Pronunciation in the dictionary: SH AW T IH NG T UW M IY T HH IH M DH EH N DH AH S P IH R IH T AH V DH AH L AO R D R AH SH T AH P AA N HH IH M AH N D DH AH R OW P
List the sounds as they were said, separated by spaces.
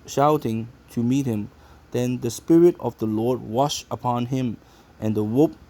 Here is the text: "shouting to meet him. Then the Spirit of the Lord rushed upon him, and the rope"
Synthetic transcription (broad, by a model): SH AW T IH NG T UW M IY T HH IH M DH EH N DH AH S P IH R IH T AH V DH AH L AO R D W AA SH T AH P AA N HH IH M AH N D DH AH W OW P